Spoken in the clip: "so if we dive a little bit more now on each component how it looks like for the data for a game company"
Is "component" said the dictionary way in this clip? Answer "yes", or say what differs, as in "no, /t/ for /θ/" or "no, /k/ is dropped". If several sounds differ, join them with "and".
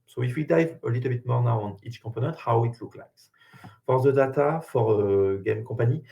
no, /m/ is dropped